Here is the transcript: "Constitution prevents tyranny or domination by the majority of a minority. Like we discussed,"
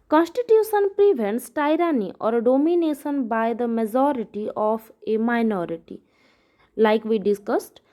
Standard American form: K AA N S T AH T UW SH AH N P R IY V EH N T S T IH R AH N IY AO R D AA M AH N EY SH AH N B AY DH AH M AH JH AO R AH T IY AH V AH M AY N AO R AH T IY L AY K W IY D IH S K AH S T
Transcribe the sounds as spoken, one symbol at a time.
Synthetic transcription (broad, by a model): K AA N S T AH T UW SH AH N P R IY V EH N T S T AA R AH N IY AO R D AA M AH N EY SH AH N B AY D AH M AH JH AO R AH T IY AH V AH M AY N AO R AH T IY L AY K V IY D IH S K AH S T